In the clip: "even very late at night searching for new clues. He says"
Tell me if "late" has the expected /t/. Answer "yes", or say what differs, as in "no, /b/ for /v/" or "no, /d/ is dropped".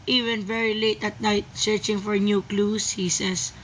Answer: yes